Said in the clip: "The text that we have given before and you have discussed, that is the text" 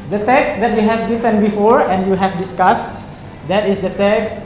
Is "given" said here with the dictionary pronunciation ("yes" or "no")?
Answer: no